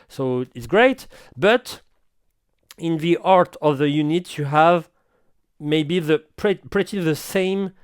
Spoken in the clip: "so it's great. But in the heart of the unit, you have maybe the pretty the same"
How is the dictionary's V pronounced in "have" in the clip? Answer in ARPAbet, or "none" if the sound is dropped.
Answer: V